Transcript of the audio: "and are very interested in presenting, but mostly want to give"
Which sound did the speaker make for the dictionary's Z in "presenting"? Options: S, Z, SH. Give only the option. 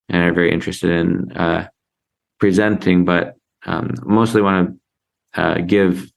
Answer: Z